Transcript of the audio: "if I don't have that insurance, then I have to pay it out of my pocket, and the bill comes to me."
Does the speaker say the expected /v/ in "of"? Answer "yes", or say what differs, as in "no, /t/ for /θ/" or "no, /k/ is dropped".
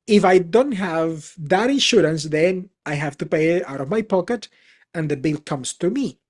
yes